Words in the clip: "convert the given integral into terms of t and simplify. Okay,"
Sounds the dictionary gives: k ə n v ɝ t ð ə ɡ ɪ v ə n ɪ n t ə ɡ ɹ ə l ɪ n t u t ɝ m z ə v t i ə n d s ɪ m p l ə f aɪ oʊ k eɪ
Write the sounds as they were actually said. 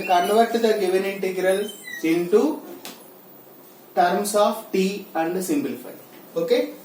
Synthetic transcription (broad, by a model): k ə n v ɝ t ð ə ɡ ɪ v ə n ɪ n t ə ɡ ɹ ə l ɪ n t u t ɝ m s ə f t i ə n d s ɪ m b l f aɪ oʊ k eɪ